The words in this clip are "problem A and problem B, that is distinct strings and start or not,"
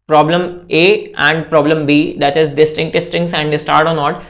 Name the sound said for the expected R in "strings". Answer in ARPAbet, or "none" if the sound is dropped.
none